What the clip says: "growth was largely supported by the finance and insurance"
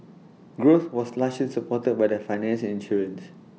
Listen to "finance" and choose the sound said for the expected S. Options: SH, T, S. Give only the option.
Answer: SH